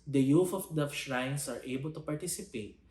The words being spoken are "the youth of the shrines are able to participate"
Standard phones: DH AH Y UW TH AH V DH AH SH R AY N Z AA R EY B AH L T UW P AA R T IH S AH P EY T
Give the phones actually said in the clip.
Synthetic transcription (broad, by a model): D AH Y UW F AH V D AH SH R AY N S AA R EY B AH L T UW P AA R T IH S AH P EY T